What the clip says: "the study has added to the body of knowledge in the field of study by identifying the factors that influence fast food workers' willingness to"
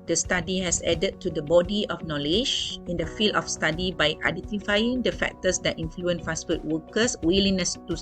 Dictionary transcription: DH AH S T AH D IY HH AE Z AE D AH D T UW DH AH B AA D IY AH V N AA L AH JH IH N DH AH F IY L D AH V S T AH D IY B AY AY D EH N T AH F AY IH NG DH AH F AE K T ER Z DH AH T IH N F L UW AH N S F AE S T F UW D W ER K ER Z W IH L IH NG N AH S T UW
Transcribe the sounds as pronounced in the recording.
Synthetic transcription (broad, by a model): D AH S T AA D IY HH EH S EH D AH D T UW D AH B AA D IY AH F N AA L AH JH IH N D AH F IY L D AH F S T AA D IY B AY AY D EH N T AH F AY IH NG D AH F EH K T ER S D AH T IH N F L UW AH N F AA S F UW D W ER K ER S W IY L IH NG N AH S T UW